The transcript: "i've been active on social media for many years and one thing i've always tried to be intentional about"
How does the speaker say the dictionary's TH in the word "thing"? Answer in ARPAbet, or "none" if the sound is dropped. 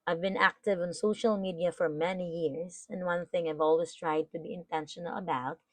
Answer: TH